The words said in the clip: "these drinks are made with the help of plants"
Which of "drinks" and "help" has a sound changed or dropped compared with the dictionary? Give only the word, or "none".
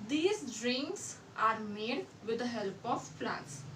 none